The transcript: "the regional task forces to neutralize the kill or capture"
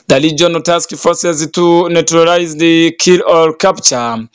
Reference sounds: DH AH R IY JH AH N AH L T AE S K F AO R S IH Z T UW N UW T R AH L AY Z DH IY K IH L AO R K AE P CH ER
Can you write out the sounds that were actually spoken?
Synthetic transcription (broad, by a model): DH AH L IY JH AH N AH T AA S K F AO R S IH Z T UW N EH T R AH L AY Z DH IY K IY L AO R K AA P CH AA